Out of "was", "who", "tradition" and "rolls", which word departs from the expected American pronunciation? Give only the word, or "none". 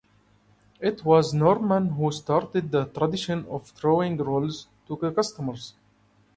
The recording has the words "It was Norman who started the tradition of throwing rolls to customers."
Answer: none